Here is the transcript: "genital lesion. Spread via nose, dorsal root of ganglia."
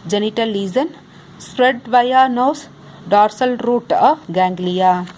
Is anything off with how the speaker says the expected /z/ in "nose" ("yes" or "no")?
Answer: yes